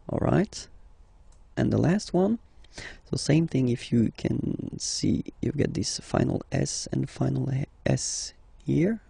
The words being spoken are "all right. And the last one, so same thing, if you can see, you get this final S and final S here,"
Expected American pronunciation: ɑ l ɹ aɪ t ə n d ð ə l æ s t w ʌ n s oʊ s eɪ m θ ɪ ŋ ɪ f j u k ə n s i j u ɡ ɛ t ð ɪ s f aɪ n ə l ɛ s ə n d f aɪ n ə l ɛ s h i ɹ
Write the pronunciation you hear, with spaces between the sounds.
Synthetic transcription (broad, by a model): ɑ l ɹ aɪ t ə n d ð ə l æ s t w ʌ n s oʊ s eɪ m θ ɪ ŋ ɪ f j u k ə n s i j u ɡ ɛ t ð ɪ s f aɪ n l ɛ s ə n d f aɪ n l ɛ s h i ɹ